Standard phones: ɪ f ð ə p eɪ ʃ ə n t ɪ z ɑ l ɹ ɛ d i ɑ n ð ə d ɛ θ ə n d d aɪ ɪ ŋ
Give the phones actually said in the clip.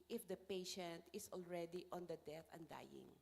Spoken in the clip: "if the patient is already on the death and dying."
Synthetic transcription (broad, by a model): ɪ f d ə p eɪ ʃ ə n t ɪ s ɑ l ɹ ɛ d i ɑ n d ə d ɛ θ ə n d d aɪ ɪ ŋ